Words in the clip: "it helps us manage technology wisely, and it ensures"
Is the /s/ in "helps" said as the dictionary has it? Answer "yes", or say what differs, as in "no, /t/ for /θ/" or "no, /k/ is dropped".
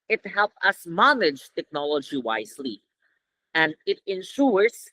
no, /s/ is dropped